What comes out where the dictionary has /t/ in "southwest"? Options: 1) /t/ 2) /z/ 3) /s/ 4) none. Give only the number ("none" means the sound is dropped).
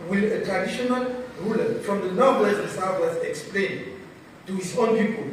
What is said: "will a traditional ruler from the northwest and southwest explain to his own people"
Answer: 4